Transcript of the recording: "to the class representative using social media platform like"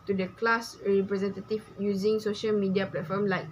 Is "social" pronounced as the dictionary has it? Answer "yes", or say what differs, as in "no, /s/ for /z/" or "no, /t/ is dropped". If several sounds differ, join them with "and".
yes